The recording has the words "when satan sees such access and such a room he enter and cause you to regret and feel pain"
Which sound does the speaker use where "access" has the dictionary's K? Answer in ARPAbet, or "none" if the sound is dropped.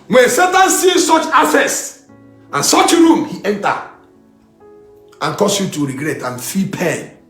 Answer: none